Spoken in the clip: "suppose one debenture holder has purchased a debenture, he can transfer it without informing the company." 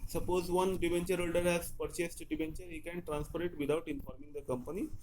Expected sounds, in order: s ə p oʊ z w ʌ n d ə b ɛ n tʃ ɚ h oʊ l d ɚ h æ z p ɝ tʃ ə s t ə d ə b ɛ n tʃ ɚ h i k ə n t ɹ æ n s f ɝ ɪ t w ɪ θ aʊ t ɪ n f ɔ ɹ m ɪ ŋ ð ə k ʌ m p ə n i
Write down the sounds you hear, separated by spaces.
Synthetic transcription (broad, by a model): s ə p oʊ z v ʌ n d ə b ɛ n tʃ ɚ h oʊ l d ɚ h æ z p ɝ tʃ ə s t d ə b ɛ n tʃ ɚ h i k ə n t ɹ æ n s p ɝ ɪ t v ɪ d aʊ t ɪ n f ɔ ɹ m ɪ ŋ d ə k ʌ m p ə n i